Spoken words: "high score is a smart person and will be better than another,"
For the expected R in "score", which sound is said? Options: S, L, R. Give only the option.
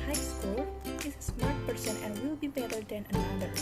L